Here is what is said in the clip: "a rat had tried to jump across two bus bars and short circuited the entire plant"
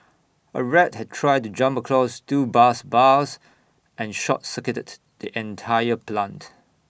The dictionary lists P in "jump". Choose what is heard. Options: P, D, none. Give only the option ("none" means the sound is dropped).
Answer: P